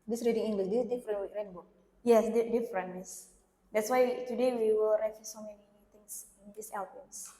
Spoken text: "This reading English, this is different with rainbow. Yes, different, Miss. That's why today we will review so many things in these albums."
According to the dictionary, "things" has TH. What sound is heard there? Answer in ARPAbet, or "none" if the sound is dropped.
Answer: T